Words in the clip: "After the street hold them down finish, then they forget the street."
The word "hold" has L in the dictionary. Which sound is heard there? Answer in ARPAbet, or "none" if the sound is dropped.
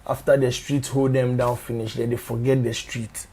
L